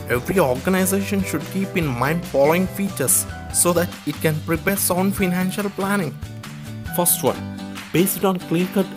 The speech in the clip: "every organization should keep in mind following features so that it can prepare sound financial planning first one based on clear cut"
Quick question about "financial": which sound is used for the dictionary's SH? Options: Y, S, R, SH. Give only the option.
SH